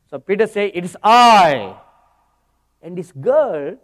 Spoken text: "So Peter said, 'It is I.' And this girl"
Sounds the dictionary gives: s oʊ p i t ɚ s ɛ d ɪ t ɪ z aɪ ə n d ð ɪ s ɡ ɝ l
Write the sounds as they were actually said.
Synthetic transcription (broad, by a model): s oʊ p i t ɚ s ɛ ɪ t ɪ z aɪ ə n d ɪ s ɡ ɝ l